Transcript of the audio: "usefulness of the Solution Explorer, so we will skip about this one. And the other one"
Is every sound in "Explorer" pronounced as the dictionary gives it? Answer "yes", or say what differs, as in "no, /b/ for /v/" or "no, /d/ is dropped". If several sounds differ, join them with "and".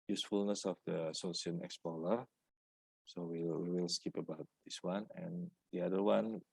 no, /l/ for /ɹ/